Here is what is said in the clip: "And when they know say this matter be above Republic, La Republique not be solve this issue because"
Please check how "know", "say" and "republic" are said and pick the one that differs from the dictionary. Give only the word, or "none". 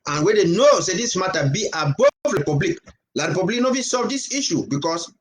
republic